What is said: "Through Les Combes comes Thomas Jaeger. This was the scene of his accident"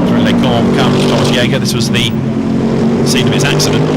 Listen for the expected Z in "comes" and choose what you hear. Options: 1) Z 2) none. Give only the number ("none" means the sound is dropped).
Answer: 2